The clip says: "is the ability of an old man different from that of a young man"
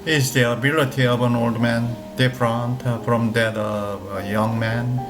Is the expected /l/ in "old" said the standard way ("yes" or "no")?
yes